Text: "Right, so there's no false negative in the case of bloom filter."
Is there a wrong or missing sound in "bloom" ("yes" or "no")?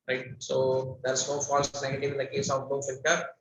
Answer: yes